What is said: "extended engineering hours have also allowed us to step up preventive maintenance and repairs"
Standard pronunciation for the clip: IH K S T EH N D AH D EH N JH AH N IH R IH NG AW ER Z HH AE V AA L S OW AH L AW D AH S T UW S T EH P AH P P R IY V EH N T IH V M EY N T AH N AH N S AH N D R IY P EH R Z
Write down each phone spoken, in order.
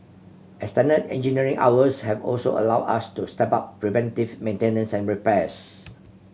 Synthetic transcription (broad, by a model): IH S T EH N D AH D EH N JH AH N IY R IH NG AW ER S HH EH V AA L S OW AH L AW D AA S T UW S T EH P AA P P R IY V EH N T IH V M EY N T AH N AH N S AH N R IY P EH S